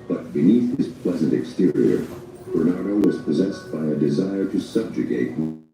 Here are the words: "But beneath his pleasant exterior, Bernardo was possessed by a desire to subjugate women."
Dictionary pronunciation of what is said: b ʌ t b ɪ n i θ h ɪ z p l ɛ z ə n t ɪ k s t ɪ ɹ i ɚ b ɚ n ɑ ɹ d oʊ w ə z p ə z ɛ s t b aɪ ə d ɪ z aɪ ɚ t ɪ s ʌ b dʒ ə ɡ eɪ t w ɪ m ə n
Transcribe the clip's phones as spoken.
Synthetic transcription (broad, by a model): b ʌ t b ɪ n i θ h ɪ z p l ɛ z ə n t ɪ k s t ɪ ɹ i ɚ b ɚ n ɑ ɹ d oʊ w ə z p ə z ɛ s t b aɪ ə d ɪ z aɪ ɚ t ɪ s ʌ b dʒ ə ɡ eɪ t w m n